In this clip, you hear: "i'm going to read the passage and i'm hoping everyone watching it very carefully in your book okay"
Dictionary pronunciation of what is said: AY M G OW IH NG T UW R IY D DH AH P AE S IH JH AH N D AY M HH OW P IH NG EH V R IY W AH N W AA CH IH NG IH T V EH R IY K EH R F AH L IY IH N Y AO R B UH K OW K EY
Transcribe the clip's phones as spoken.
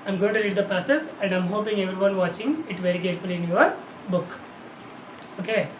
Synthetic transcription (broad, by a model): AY M G OW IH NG T UW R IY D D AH P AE S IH Z AH N D AY M HH OW P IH NG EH V R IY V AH N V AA CH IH NG IH T V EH R IY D EH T F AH L IY IH N Y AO R B UH K OW K EY